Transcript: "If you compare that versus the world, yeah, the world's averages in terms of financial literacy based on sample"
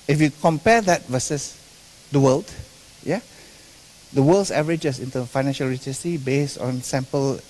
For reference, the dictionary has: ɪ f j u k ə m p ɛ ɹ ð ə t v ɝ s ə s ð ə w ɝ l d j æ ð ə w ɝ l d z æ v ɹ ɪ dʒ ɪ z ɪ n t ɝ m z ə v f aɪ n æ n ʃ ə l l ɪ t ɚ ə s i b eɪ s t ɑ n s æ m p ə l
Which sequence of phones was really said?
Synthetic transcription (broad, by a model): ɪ f j u k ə m p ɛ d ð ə t v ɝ s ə s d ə w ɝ l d j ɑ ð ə w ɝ l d s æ v ɹ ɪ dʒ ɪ s ɪ n t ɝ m ə f aɪ n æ n ʃ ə l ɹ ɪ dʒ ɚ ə s i b eɪ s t ɑ n s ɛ m p ə l